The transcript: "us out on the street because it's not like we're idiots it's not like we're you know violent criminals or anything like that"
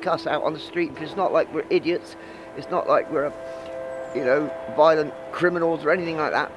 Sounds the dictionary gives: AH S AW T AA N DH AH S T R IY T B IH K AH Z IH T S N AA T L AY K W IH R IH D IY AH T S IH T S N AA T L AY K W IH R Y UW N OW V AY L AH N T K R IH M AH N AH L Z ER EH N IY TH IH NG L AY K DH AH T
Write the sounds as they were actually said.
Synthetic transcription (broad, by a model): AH S AW T N DH AH S T R IY T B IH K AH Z IH T S N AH T L AY K W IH R IH D IY AH T S IH T S N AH T L AY K W IH R Y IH N OW V AY L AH N K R IH M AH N L Z ER EH N IY TH IH NG L AY K DH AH T